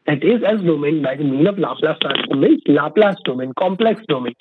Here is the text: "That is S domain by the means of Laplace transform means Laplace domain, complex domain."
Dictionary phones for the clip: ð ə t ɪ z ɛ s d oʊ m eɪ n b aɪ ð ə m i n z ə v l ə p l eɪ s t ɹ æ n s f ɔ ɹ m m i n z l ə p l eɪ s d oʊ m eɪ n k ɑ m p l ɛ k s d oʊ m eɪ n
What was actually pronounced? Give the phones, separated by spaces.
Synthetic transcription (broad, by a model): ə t ɪ z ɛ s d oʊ m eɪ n b aɪ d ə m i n ə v l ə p l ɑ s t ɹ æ s ɔ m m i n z l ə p l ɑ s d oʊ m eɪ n k ɑ m p l ɛ k s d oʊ m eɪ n